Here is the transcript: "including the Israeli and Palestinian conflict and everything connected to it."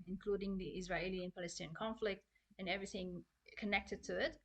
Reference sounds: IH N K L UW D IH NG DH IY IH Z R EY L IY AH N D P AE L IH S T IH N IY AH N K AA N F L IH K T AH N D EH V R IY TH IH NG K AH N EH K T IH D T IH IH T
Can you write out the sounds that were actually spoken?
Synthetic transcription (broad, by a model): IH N K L UW D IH NG DH IY IH Z R EY L IY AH N P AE L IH S T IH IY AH N K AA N F L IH K T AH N EH V R IY TH IH NG K AH N EH K T IH D T IH IH T